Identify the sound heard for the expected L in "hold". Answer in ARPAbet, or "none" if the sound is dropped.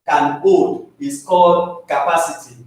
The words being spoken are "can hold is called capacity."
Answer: none